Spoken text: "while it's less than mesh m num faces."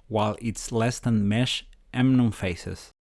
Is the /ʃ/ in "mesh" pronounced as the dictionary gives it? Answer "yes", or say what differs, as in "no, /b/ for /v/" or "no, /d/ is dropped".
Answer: yes